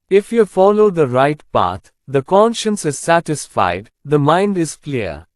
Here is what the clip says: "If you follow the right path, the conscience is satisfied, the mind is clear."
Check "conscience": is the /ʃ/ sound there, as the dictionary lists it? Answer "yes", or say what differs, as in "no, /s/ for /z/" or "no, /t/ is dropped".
yes